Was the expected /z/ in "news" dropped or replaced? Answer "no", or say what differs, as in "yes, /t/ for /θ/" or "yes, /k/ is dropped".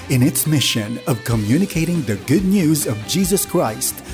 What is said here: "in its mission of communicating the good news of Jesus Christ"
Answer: no